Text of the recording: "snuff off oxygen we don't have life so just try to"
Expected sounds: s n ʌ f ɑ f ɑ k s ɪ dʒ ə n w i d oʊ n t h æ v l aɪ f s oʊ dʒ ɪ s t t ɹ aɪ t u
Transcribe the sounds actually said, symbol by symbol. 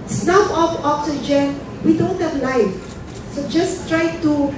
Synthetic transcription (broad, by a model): s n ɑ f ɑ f ɑ k s ɪ dʒ ə n w i d oʊ n t h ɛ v l aɪ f s oʊ dʒ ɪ s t t ɹ aɪ t u